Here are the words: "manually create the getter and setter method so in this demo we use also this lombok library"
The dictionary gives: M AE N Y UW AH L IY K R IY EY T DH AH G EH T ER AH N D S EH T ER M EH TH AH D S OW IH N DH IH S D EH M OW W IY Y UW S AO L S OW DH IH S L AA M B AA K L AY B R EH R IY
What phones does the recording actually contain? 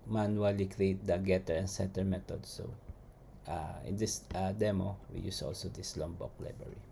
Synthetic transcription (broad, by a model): M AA N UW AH L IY K R IY EY T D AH G EH T ER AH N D S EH T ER M EH T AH D S OW IH N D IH S D EH M OW W IY Y UW S AO L S OW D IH S L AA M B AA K L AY B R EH R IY